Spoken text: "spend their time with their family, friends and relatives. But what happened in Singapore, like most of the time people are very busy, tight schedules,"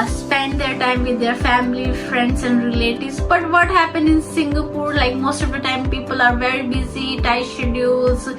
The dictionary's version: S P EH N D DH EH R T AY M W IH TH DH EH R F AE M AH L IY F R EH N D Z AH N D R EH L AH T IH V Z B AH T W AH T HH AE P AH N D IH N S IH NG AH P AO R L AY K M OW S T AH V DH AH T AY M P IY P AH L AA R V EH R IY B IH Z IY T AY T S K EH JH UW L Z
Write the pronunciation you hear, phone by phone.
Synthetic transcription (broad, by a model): S P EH N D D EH R T AY M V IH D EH R F AE M AH L IY F R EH N D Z AH N D R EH L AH T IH Z B AH T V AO T HH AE P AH N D IH N S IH NG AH P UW R L AY K M OW S T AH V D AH T AY M P IY P AH L AA R V EH R IY B IH Z IY T AY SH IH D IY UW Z